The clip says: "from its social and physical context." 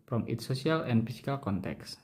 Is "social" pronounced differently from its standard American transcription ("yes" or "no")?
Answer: yes